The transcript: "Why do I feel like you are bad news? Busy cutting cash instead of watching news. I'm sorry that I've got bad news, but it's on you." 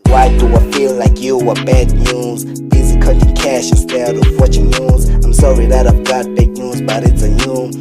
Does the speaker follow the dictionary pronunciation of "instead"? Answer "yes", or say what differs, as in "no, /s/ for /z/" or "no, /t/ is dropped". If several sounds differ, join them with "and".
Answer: no, /n/ is dropped